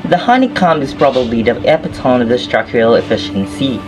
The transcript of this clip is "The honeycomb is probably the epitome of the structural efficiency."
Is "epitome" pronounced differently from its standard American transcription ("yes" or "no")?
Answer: yes